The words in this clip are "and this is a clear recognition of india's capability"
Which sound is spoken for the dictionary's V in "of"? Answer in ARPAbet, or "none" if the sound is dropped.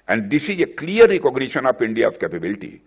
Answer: P